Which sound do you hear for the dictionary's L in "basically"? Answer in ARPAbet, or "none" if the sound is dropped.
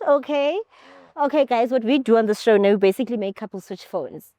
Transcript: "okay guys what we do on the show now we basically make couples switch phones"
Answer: L